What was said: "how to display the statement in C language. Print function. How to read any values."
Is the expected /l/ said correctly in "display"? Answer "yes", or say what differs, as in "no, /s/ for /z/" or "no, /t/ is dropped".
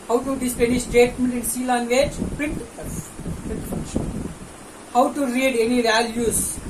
no, /l/ is dropped